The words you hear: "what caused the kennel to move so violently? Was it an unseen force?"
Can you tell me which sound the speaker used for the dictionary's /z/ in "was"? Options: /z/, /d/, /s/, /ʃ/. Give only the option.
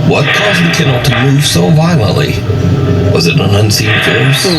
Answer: /z/